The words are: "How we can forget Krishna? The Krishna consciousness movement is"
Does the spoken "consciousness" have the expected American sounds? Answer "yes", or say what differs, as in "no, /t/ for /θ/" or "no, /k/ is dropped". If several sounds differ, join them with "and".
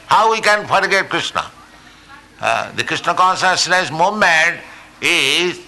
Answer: no, /s/ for /ʃ/